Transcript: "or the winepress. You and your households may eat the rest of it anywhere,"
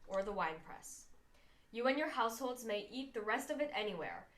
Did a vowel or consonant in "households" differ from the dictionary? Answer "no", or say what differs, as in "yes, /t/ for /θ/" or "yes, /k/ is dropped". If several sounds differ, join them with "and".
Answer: no